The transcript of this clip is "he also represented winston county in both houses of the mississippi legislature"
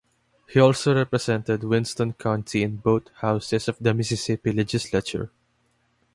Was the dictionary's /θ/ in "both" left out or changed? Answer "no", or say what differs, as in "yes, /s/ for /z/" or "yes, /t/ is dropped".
yes, /t/ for /θ/